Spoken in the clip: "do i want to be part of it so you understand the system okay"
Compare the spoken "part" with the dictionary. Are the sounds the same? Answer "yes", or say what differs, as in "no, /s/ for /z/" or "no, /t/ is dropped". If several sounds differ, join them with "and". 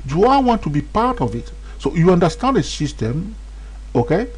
yes